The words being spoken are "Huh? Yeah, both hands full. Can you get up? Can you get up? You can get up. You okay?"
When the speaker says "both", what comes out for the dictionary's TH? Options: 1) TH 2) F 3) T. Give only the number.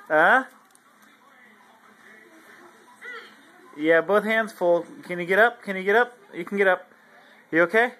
1